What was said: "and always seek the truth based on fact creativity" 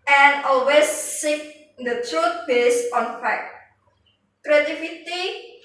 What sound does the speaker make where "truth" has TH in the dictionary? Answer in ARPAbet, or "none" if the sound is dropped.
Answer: T